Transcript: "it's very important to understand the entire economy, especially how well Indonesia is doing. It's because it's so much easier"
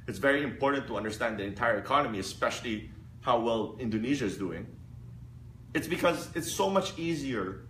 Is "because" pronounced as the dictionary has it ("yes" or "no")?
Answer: yes